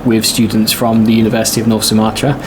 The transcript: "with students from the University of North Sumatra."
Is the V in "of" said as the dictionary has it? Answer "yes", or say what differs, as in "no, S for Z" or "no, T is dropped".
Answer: yes